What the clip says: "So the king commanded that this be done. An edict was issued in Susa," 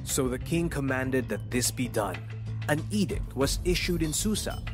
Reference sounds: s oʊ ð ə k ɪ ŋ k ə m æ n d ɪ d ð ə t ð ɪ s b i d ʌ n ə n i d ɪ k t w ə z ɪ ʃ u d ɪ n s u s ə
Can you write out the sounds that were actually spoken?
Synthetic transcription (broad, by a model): s oʊ ð ə k ɪ ŋ k ə m æ n d ɪ d ð ə t ð ɪ s b i d ʌ n ə n i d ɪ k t w ə z ɪ ʃ u d ɪ n s u s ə